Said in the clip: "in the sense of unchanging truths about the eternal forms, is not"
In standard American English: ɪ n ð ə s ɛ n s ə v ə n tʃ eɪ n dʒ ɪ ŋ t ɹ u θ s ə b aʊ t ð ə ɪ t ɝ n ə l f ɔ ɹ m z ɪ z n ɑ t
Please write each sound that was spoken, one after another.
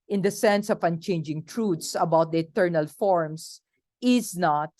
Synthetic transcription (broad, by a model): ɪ n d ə s ɛ n s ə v ə n tʃ eɪ n dʒ ɪ ŋ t ɹ u t s ə b aʊ t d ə ɪ t ɝ n ə l f ɔ ɹ m s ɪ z n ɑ t